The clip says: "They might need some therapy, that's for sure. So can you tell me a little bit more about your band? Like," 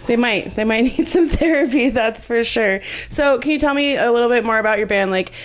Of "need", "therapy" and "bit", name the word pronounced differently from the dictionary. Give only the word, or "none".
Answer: none